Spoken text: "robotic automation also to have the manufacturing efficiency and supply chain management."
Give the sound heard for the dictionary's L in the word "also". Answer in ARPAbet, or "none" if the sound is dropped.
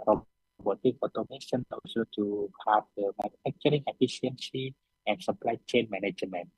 none